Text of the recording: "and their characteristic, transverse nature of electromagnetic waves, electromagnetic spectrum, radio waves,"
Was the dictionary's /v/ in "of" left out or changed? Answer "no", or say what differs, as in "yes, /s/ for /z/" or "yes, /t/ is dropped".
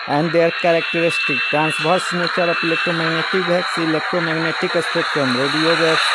yes, /p/ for /v/